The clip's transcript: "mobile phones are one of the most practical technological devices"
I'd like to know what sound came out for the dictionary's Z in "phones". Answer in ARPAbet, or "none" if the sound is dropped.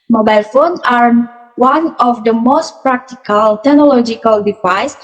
none